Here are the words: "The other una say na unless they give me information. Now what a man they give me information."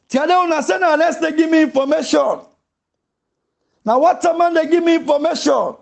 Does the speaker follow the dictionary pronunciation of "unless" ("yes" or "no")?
no